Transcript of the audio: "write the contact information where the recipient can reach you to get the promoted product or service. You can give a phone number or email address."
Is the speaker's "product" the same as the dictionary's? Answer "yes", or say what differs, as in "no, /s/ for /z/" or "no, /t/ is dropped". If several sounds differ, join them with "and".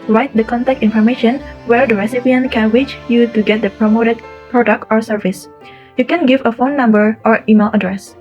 yes